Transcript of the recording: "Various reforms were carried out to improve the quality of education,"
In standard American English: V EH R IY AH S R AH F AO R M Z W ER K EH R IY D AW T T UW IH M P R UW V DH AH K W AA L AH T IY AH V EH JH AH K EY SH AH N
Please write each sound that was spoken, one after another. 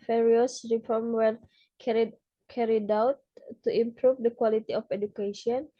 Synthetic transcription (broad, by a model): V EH R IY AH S R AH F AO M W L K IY K EH R IY D AW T T UW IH M P R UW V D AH K W AA L AH T IY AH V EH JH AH K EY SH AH N